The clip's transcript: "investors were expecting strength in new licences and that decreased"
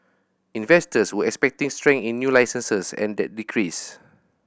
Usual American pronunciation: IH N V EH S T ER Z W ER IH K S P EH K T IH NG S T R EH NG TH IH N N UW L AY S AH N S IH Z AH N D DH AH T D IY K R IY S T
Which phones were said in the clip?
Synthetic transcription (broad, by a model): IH N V EH S T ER S W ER IH K S P EH K T IH NG S T R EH NG IH N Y UW L AY S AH N S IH S AH N D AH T D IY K R IY S